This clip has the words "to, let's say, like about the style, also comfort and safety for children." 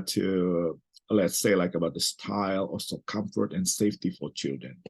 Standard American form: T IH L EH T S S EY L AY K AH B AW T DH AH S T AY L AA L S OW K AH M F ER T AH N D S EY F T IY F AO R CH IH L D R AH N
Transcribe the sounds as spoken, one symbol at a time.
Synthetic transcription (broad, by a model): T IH L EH T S S EY L AY K AH B AW T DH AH S T AY L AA S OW K AH M F ER T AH N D S EY F T IY F AO R CH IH L D R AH N